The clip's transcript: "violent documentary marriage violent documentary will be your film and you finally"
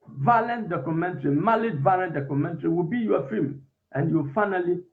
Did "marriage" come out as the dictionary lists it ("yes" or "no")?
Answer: no